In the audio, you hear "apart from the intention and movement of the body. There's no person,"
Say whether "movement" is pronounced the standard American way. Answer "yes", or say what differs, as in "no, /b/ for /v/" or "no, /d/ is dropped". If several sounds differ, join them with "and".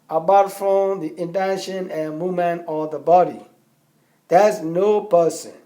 no, /v/ is dropped